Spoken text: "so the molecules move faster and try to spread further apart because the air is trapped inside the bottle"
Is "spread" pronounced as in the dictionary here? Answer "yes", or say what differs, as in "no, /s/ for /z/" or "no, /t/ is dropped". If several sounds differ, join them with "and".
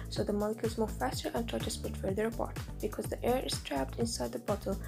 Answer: no, /ɹ/ is dropped